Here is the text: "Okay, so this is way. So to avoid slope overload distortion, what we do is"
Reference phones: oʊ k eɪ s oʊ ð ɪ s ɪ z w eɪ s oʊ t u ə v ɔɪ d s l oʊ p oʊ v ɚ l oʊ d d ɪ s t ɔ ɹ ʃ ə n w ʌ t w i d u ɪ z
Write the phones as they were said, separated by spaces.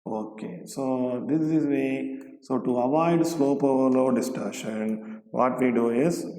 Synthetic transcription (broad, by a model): oʊ k eɪ s oʊ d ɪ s ɪ z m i s oʊ t u ə v ɔɪ d s l oʊ p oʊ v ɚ l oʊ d d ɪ s t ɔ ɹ ʃ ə n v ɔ t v i d u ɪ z